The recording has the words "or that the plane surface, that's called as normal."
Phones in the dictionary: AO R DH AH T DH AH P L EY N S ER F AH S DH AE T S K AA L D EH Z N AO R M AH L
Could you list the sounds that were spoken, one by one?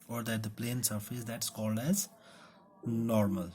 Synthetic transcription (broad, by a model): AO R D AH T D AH P L EY N S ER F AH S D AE T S K AA L D EH Z N AO R M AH L